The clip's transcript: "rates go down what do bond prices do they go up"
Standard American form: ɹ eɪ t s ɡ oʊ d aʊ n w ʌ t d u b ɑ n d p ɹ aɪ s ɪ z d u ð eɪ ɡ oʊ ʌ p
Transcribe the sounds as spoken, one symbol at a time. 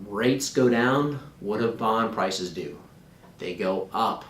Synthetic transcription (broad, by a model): ɹ eɪ t s ɡ oʊ d aʊ n w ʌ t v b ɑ n p ɹ aɪ s ɪ z d u ð eɪ ɡ oʊ ʌ p